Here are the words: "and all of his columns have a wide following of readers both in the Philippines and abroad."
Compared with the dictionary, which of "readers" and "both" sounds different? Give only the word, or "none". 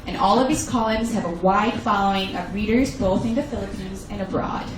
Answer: none